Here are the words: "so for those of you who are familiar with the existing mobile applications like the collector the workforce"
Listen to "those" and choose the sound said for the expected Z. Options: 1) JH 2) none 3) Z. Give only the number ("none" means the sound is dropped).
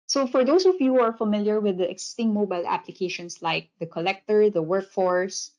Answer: 2